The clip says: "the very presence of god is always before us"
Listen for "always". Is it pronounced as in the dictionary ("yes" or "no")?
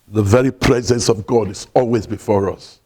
yes